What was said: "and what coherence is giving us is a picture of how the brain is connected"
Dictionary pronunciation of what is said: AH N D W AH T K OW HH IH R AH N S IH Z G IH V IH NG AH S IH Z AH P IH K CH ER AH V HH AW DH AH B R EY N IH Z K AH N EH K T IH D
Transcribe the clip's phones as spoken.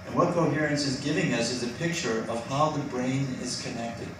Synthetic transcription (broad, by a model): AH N W AH T K OW HH IH R AH N S IH Z G IH V IH NG AH S IH Z AH P IH K CH ER AH V HH AW DH AH B R EY N IH Z K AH N EH K T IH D